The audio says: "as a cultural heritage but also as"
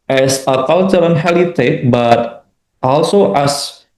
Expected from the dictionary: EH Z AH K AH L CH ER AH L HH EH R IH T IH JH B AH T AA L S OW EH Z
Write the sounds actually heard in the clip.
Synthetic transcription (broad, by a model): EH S AH K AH L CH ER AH N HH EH L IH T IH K B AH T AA L S OW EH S